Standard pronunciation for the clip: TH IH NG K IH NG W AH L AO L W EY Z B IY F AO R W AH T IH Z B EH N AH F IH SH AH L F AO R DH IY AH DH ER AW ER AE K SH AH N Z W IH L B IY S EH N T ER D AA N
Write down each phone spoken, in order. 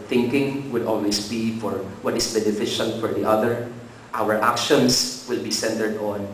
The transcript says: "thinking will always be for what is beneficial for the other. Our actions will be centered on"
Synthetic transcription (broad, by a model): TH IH NG K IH NG W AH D AO L W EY S B IY F AO R W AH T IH S B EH N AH F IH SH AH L F AO R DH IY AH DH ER AW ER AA K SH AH N S W IH L B IY S EH N T ER D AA N